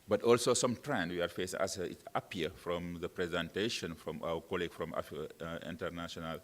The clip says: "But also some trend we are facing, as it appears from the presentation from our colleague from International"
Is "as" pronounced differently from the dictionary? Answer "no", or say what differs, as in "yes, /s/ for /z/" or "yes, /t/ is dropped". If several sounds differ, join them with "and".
yes, /s/ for /z/